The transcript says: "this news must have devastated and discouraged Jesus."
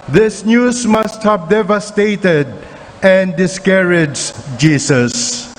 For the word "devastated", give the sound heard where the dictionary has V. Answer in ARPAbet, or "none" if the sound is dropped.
V